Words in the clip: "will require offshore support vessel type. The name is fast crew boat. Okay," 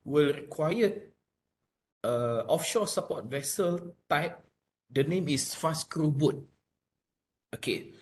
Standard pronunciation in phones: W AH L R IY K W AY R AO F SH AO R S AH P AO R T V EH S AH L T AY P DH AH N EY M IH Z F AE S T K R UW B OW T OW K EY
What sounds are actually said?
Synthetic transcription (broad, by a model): W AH L R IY K W AY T AO F SH AO S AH P AO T V EH S AH L T AY P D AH N EY M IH S F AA S K R UW B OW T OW K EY